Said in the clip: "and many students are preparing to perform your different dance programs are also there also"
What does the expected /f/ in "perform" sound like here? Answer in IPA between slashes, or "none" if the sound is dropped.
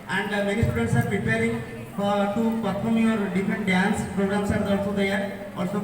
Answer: /p/